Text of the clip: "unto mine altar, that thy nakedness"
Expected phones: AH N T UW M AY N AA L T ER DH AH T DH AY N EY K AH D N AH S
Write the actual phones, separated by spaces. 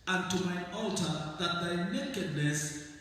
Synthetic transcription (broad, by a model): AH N T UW M AY AA L T ER DH AH T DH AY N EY K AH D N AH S